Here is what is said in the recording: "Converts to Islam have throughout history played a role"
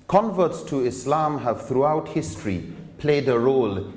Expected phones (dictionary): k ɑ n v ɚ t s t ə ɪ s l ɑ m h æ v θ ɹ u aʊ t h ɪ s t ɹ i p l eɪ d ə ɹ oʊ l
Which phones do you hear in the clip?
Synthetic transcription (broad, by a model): k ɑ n v ɚ t s t ə ɪ s l ɑ m h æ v θ ɹ u aʊ t h ɪ s t ɹ i p l eɪ d ə ɹ oʊ l